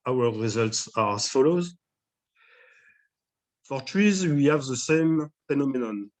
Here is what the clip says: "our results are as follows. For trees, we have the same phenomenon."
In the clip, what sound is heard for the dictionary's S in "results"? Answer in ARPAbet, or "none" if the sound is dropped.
S